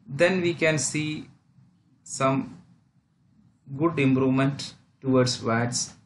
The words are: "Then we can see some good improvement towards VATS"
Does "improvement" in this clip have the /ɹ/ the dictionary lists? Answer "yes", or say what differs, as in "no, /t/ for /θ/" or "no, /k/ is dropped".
yes